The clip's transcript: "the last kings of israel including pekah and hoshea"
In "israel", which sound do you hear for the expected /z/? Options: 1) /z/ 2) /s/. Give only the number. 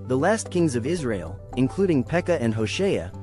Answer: 1